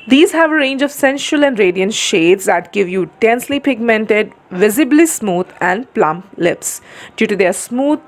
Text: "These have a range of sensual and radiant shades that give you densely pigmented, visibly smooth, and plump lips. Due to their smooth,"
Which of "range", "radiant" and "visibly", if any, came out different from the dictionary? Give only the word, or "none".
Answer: none